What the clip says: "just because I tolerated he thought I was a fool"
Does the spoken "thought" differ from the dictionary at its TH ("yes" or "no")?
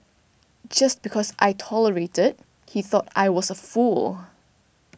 no